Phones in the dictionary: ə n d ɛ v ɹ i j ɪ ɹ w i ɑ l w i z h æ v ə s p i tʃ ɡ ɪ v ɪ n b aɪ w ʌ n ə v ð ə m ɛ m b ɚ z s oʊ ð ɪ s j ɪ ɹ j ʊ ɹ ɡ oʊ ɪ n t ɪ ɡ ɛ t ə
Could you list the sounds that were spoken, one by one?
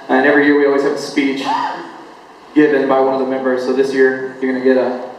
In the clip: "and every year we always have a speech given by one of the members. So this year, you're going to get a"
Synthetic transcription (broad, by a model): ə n ɛ v ɹ i j ɪ ɹ w i ɑ l w i z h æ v ə s p i tʃ ɡ ɪ v ɪ n b aɪ w ʌ n ə v ð ə m ɛ m b ɚ z s oʊ ð ɪ s j ɪ ɹ j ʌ ɹ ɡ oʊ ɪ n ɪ ɡ ɛ t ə